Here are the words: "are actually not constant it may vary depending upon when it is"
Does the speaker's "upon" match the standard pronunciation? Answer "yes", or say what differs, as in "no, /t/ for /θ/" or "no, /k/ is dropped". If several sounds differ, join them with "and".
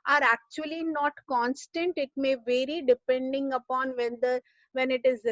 yes